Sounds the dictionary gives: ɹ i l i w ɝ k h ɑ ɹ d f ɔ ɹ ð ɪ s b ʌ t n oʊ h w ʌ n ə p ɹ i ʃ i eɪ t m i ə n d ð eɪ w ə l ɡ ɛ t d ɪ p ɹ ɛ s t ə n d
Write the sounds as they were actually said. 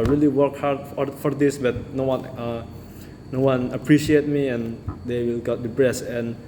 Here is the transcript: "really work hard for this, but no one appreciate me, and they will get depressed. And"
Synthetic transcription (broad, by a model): ɹ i l i w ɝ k h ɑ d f f ɔ ɹ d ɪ s b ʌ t n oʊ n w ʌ n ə p ɹ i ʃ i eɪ t m i ə n d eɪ w ə l ɡ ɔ t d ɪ b ɹ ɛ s ə n